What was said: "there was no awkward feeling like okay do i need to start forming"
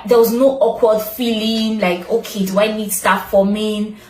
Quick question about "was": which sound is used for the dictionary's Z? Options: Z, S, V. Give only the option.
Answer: Z